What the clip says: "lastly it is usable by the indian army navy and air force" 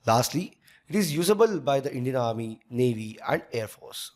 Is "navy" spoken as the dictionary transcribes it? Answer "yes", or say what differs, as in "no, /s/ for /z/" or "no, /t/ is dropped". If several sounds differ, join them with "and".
yes